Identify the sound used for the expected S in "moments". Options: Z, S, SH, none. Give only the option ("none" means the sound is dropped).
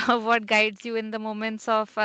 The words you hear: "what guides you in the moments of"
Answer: S